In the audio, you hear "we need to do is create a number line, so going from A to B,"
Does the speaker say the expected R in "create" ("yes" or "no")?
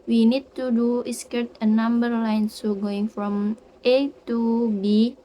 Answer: no